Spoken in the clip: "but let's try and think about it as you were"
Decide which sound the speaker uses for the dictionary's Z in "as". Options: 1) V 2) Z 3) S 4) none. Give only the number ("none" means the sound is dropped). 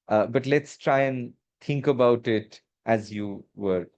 2